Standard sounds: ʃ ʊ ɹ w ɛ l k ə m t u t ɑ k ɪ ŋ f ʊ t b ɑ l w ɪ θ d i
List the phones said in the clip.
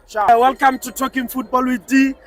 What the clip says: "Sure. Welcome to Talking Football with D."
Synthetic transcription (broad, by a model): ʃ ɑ w ɛ l k ə m t u t ɑ k ɪ ŋ f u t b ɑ l w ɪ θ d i